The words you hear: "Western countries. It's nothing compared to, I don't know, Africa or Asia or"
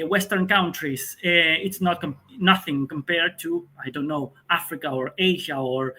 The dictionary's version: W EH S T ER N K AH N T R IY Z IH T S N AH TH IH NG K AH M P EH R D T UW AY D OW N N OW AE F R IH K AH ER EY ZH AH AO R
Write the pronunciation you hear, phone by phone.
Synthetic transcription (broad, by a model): W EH S T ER N K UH N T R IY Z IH T S N AH TH IH NG K AH M P EH R D T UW AY D OW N N OW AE F R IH K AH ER EY ZH AH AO R